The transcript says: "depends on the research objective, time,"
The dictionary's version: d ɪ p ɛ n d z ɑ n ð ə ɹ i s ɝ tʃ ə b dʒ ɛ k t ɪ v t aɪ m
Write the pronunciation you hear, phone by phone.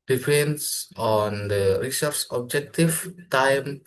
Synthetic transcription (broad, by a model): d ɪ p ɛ n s ɑ n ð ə ɹ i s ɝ s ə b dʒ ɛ k t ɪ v t aɪ m